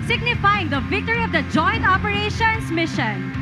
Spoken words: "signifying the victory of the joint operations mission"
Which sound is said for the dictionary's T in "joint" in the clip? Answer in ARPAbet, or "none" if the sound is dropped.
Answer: T